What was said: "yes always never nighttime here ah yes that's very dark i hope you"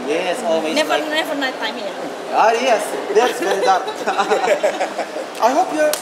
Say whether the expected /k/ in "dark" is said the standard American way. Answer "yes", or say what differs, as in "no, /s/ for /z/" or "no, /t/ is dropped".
no, /k/ is dropped